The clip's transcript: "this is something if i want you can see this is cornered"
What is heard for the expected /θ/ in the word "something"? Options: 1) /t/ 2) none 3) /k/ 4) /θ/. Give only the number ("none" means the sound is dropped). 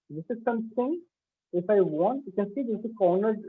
1